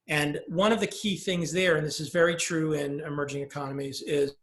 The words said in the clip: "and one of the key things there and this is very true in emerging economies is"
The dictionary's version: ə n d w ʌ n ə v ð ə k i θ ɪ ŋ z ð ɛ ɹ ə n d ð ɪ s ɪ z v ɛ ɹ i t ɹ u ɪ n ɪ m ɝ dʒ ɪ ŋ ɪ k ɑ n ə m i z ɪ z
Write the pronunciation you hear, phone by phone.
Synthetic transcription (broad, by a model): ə n w ʌ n ə v ð ə k i θ ɪ ŋ z ð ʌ ɹ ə n ð ɪ s ɪ z v ɛ ɹ i t ɹ u ɪ n ɪ m ɝ dʒ ɪ ŋ ɪ k ɑ n ə m i z ɪ z